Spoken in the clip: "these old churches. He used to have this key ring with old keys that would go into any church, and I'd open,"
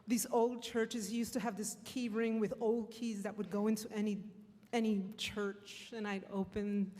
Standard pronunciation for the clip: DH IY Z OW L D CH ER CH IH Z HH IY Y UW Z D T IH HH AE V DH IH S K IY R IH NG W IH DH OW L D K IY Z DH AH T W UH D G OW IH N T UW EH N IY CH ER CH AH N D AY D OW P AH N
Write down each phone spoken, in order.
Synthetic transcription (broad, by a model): DH IY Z OW L D CH ER CH IH Z Y UW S T IH V DH IH S K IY R IH NG W IH DH OW L D K IY Z DH AH T W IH D G OW IH N T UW EH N IY CH ER CH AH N AY D OW P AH N